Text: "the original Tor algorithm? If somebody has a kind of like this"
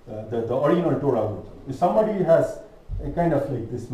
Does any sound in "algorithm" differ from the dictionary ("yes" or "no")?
yes